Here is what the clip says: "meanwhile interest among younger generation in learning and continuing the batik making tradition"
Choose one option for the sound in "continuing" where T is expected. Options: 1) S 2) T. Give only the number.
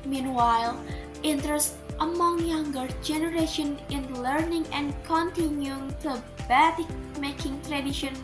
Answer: 2